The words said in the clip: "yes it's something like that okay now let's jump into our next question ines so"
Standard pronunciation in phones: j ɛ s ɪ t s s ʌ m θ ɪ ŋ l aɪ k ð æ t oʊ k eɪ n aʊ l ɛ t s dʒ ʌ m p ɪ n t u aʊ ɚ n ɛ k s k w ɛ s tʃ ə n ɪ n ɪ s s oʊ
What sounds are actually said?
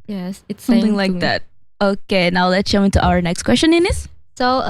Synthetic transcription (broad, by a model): j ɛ s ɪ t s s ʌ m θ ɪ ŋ l aɪ k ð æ t oʊ k eɪ n aʊ l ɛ t s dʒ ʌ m ɪ n t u aʊ ɚ n ɛ k s k w ɛ s tʃ ə n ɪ n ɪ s s oʊ